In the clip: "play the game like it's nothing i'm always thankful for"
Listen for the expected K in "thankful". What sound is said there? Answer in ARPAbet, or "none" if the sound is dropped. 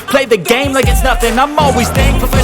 none